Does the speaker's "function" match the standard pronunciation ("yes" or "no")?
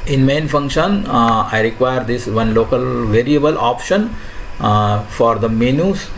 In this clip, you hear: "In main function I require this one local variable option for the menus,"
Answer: yes